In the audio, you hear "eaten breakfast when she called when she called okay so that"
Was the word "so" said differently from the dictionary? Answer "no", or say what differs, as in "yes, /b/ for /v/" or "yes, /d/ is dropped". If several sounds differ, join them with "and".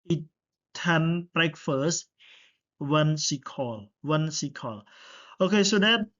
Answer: no